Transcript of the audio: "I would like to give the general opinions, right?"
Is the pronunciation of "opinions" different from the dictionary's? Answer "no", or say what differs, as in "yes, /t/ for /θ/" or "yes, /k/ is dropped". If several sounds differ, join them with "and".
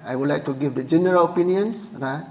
yes, /s/ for /z/